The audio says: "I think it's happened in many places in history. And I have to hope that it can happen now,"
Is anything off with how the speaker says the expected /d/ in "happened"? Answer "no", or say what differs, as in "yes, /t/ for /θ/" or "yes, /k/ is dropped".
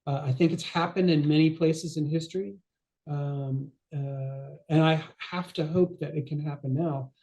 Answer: no